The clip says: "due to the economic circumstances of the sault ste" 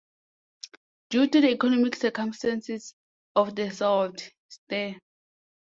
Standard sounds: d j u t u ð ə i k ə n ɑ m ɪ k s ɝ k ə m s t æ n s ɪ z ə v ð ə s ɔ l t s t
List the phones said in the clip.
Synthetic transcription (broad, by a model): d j u t u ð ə i k ə n ɑ m ɪ k s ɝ k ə m s t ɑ n s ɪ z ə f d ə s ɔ w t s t